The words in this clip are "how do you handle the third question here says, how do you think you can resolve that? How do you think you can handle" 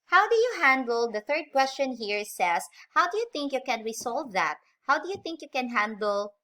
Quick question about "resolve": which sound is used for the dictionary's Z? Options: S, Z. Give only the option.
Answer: S